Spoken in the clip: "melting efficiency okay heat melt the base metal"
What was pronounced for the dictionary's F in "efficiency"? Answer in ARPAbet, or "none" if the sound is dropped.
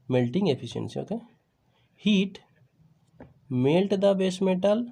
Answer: P